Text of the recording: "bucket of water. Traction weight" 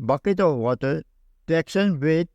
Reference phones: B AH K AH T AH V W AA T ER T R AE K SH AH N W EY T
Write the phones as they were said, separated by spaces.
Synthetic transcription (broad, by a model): B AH K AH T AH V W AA T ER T EH K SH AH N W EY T